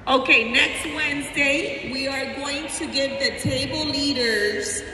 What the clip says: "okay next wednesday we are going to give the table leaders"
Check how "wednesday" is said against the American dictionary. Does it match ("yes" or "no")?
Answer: yes